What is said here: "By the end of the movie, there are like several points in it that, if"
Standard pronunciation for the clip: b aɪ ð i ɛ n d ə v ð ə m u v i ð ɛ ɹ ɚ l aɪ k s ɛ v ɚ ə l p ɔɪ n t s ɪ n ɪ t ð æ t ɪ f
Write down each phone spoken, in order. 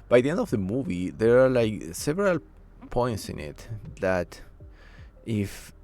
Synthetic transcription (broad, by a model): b aɪ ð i ɛ n d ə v ð ə m u v i ð ɛ ɹ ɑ l aɪ k s ɛ v ɚ ə l p ɔɪ n t s ɪ n ɪ t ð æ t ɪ f